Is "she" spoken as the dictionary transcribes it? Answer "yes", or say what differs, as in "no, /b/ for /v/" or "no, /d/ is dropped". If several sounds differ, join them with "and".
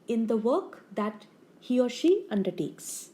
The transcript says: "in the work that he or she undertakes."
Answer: yes